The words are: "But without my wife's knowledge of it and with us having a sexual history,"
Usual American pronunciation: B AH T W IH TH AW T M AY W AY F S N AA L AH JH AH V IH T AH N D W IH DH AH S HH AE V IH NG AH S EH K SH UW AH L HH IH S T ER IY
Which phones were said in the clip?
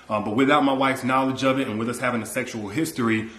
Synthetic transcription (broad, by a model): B AH T W IH TH AW T M AY W AY F S N AA L AH JH AH V IH T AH N W IH DH AH S HH AE V IH NG AH S EH K SH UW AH L HH IH S T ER IY